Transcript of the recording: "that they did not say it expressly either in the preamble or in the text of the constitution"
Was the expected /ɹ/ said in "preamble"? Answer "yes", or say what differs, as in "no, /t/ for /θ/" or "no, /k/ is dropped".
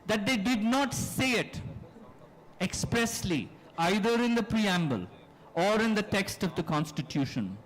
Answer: yes